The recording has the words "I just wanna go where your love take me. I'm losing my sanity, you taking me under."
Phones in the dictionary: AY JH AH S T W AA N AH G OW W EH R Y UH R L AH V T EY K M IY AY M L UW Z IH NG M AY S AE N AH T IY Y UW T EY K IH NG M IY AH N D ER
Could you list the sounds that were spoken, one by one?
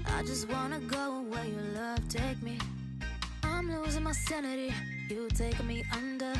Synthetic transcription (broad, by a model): AY JH AH S T W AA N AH G OW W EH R Y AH L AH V T EY K M IY AY M L UW Z IH NG M AY S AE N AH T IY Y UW T EY IH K M IY AH N D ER